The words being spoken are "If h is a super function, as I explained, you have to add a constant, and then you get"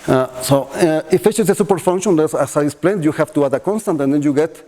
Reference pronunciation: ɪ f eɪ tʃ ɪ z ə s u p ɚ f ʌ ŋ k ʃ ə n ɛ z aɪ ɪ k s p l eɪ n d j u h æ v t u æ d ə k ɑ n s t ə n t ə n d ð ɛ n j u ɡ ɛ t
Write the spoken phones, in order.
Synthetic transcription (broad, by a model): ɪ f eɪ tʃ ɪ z ə s u p ɚ f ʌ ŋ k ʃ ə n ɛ s aɪ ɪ s p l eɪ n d j u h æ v t u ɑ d ə k ɑ n s t ə n t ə n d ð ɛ n j u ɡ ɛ t